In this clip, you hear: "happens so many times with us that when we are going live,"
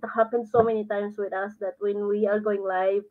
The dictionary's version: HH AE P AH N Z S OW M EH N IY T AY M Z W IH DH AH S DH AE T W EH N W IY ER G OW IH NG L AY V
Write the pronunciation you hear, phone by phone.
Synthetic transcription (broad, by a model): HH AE P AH N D S OW M EH N IY T AY M S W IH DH AH S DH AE T W EH N W IY ER G OW IH NG L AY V